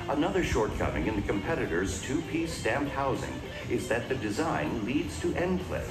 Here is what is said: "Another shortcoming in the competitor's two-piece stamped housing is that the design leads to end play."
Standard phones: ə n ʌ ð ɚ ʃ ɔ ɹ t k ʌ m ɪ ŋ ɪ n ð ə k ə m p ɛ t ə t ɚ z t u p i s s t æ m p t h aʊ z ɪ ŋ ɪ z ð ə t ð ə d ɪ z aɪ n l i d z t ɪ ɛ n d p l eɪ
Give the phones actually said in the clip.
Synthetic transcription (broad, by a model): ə n ʌ ð ɚ ʃ ɔ ɹ t k ʌ m ɪ ŋ ɪ n ð ə k ə m p ɛ t ə t ɚ z t u p i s s t æ m p t h aʊ z ɪ ŋ ɪ z ð ə t ð ə d ɪ z aɪ n l i d z t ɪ ɛ n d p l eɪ